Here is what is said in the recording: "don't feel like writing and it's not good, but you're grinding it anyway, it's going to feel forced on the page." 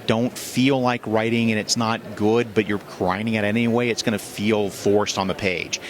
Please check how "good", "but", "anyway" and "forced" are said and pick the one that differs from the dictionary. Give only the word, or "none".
none